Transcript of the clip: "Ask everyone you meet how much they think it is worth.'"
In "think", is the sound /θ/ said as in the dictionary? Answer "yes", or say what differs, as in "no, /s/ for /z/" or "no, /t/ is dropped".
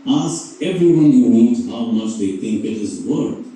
no, /t/ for /θ/